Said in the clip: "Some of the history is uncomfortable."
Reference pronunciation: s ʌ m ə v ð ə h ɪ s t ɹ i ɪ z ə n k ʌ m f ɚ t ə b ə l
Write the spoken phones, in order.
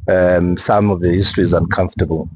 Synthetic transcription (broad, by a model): s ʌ m ə v ð ə h ɪ s t ɹ i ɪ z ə n k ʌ m f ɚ t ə b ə l